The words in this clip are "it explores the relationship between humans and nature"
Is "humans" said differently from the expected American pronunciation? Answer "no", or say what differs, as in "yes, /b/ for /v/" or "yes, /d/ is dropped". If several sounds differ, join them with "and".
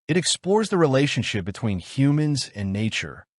no